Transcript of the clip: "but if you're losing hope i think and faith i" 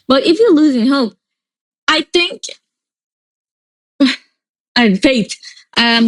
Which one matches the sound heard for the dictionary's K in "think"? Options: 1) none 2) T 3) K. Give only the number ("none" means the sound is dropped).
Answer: 3